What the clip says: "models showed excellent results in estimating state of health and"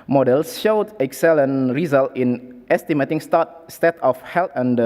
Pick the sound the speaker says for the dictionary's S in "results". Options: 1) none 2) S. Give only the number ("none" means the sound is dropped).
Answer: 1